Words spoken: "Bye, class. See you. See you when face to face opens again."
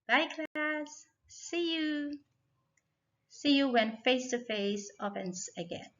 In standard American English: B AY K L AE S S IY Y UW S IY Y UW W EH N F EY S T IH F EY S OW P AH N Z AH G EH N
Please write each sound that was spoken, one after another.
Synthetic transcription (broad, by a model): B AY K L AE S S IY Y UW S IY Y UW W EH N F EY S T IH F EY S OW F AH N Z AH G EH N